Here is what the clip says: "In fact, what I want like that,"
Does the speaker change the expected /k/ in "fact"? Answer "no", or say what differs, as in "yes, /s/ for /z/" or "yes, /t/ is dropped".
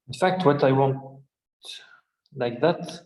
no